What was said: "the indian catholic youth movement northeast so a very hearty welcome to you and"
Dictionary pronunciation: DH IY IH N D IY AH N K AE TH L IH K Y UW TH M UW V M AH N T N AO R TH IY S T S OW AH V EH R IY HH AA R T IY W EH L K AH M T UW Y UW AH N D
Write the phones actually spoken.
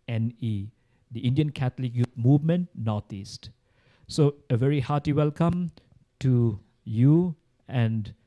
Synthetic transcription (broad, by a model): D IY IH N D IY AH N K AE T L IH K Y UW T M UW V M AH N T N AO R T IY S T S OW AH V EH R IY HH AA T IY W EH L K AH M T UW Y UW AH N D